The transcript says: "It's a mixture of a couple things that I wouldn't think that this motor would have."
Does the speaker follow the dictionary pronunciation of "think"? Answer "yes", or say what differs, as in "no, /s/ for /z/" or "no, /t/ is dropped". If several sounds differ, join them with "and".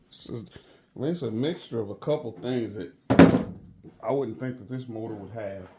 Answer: yes